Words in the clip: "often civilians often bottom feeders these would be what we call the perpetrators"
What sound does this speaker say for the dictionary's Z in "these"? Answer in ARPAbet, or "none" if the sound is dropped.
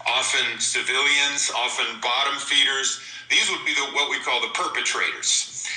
Z